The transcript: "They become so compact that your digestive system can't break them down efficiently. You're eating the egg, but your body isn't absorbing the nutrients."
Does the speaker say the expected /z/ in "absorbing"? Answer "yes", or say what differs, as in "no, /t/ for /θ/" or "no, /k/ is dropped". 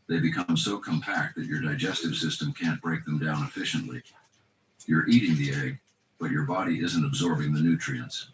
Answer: yes